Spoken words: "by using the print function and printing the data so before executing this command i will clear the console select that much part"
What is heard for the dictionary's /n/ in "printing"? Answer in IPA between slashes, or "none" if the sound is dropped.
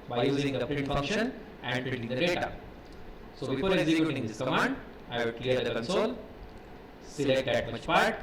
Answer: none